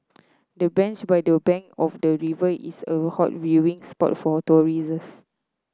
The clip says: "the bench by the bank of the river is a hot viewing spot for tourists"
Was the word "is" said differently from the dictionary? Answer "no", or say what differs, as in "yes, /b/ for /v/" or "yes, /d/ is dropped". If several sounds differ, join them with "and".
yes, /s/ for /z/